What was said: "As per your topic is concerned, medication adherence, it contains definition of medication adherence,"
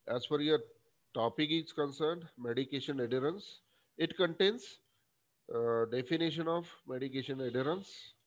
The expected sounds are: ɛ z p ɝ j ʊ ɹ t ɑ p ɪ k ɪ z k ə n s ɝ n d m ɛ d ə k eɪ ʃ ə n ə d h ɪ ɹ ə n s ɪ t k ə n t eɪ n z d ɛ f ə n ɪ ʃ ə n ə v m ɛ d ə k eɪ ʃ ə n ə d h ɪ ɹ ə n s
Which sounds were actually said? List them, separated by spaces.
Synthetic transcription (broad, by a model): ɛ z f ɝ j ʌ ɹ t ɑ p ɪ k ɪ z k ə n s ɝ n d m ɛ d ə k eɪ ʃ ə n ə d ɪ ɹ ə n s ɪ t k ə n t eɪ n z d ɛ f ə n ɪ ʃ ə n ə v m ɛ d ə k eɪ ʃ ə n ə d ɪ ɹ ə n s